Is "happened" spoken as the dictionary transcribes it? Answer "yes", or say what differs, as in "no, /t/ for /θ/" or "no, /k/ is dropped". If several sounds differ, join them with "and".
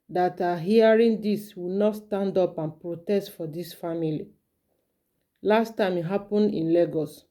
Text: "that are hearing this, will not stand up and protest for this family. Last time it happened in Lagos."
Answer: no, /d/ is dropped